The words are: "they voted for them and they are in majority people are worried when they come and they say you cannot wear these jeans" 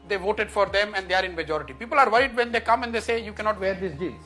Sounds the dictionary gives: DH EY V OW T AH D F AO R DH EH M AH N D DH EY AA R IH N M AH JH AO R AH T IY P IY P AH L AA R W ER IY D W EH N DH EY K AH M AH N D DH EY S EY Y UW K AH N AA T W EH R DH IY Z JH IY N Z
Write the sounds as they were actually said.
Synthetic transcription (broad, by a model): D EY V OW T AH D F AO R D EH M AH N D EY AA R IH N M AH JH AO R AH T IY P IY P AH L AA R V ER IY D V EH N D EY K AH M AH N D EY S EY Y UW K AH N AA T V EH R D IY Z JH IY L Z